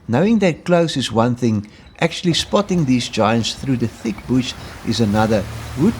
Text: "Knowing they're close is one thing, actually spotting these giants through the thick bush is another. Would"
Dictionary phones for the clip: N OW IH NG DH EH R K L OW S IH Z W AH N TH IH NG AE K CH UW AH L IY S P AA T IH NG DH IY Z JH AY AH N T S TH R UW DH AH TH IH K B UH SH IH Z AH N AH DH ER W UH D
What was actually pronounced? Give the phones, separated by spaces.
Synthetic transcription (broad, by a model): N OW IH NG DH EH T K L OW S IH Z W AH N TH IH NG AE K CH UW AH L IY S P AA T IH NG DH IY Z JH AY AH N T S TH R UW DH AH TH IH K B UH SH IH Z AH N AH DH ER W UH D